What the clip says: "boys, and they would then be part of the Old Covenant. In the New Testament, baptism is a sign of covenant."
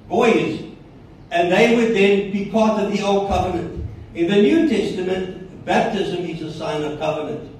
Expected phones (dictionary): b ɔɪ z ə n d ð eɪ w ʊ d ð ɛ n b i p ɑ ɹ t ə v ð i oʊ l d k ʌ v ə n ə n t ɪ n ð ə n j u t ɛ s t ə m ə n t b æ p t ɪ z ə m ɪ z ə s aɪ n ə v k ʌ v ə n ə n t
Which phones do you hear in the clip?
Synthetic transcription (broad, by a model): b ɔɪ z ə n ð eɪ w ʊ d ð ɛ n b i p ɑ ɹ t ə v ð i oʊ l d k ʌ v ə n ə n t ɪ n ð ə n j u t ɛ s t ə m ə n t b æ p t ɪ z ə m ɪ z ə s aɪ n ə v k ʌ v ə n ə n t